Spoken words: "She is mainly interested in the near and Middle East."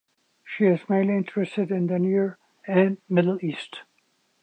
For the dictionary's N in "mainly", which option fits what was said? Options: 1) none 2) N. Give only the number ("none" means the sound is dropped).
1